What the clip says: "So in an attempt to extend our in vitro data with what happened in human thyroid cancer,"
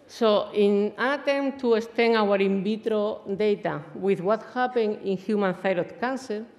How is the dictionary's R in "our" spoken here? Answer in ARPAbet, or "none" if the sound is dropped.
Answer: R